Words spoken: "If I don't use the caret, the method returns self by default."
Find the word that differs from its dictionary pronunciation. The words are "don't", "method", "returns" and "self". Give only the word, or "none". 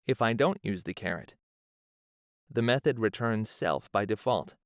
none